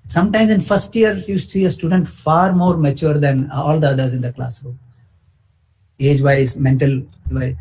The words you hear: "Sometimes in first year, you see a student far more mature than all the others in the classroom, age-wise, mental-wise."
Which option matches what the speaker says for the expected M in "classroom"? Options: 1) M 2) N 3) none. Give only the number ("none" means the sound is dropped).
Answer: 3